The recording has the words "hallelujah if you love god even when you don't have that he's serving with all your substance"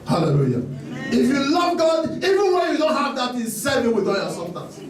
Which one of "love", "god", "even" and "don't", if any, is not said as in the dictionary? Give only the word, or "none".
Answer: none